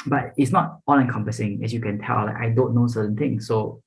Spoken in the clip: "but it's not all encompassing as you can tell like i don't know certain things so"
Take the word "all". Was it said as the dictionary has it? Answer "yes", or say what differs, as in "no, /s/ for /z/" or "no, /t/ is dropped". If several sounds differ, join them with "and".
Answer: no, /n/ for /l/